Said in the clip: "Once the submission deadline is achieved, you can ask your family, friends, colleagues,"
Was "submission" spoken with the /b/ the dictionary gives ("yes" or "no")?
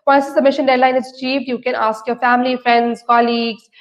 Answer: no